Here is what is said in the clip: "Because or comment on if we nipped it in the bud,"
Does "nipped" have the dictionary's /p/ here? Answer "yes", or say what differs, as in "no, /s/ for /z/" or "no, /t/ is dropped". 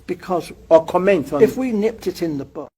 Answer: yes